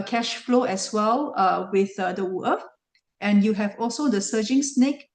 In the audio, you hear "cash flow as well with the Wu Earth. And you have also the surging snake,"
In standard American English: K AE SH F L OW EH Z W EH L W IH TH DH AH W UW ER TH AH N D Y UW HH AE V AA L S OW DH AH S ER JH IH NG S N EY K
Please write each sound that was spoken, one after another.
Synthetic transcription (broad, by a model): K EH SH F L OW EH S W EH L W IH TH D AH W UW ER F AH N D Y UW HH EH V AA L S OW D AH S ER JH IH NG S N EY K